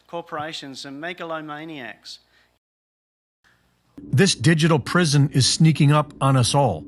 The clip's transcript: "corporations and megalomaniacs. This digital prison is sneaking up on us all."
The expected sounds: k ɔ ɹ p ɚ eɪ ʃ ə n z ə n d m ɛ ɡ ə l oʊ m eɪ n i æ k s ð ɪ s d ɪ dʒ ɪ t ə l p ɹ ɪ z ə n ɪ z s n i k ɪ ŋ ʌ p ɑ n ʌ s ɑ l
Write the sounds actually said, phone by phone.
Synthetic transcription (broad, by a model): k ɔ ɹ p ɚ eɪ ʃ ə n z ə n m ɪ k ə l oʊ m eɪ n i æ k s ð ɪ s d ɪ dʒ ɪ t l p ɹ ɪ z ə n ɪ z s n i k ɪ ŋ ʌ p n ʌ s ɑ l